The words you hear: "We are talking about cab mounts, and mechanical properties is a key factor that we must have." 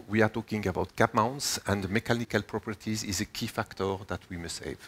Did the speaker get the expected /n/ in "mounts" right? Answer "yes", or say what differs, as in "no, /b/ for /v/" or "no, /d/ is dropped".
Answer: yes